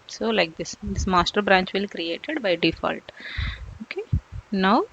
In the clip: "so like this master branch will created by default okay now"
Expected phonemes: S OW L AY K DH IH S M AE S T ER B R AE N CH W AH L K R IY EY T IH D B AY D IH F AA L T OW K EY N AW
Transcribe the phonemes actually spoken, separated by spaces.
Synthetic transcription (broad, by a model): S OW L AY K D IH S M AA S T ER B R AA N CH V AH L K R IY EY T IH D B AY D IH F AA L T OW K EY N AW